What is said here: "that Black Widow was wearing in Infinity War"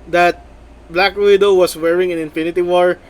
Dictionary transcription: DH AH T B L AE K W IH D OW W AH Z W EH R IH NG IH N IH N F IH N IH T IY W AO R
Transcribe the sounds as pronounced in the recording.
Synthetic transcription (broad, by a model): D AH T B L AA K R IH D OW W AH S W EH R IH NG IH N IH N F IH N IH T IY W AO R